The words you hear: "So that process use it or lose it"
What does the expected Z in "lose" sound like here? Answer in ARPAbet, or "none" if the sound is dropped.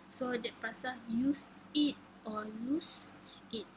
S